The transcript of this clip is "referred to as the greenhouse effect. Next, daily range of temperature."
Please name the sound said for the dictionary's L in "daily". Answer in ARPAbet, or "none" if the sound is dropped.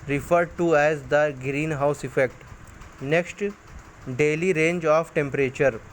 L